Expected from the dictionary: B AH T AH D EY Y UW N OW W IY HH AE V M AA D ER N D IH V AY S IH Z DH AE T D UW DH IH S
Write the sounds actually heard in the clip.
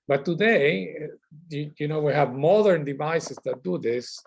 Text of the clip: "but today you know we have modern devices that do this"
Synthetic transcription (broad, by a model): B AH T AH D EY Y UW N OW W IY HH AE V M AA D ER N D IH V AY S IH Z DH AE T D UW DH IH S